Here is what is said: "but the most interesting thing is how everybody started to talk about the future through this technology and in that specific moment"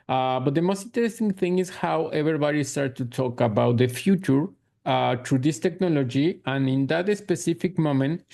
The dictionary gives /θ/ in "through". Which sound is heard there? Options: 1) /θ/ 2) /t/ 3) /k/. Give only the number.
2